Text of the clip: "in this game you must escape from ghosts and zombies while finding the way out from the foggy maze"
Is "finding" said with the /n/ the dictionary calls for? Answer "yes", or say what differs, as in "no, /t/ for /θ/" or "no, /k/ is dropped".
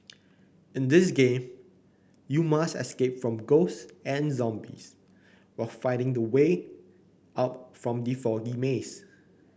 no, /n/ is dropped